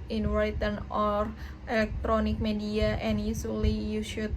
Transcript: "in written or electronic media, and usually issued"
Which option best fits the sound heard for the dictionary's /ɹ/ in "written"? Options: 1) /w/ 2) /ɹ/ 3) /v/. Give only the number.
1